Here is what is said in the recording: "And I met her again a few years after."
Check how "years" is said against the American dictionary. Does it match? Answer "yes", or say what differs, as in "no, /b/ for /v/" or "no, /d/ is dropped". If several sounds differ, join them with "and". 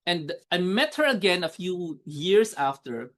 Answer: no, /s/ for /z/